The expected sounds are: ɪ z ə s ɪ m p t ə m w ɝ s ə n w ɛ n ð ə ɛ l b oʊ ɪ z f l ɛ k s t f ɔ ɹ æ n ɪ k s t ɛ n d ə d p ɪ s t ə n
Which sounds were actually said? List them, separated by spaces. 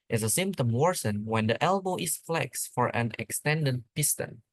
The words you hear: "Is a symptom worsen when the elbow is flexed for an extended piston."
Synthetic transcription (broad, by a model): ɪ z ə s ɪ m p t ə m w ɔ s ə n w ɛ n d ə ɛ l b oʊ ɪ s f l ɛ k s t f ɔ ɹ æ n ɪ k s t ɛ n d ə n p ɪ s t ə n